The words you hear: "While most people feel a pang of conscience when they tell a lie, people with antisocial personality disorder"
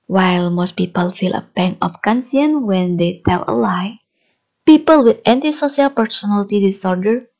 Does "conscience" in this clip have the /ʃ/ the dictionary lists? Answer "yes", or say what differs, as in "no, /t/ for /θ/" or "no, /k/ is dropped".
no, /s/ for /ʃ/